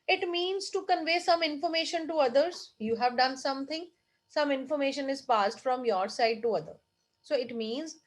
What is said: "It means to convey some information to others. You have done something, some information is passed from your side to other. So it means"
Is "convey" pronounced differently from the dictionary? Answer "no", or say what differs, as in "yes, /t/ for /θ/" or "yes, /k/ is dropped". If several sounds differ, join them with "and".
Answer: no